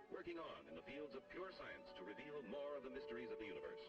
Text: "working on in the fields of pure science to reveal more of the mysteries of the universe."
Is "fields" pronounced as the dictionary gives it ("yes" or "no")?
yes